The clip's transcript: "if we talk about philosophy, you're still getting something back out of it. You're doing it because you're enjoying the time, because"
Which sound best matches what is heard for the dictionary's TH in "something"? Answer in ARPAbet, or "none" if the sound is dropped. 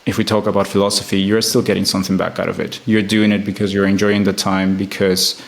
TH